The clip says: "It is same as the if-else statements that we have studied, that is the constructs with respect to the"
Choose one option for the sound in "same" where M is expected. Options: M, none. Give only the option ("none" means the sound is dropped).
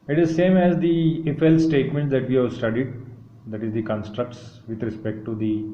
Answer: M